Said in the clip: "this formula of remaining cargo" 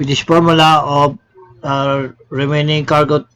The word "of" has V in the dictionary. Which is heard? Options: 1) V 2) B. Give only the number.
2